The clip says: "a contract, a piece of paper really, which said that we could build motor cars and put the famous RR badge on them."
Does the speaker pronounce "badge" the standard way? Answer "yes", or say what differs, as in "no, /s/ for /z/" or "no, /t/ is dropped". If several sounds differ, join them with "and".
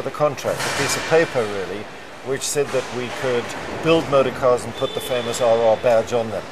yes